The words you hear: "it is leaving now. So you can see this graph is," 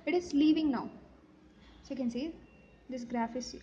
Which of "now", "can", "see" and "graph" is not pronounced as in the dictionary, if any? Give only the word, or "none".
none